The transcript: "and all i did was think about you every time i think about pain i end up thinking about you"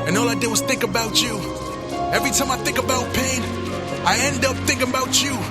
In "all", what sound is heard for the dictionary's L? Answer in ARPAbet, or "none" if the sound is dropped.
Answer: L